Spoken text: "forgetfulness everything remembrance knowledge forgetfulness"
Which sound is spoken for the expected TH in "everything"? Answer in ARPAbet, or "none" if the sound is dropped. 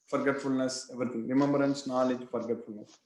T